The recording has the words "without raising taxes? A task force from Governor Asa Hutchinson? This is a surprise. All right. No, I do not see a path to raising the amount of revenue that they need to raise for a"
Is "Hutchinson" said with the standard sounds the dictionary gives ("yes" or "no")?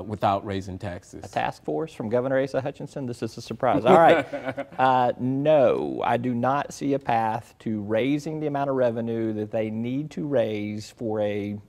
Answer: yes